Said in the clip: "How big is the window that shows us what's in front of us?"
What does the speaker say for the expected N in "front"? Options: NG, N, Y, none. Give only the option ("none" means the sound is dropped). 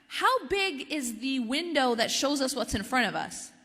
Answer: none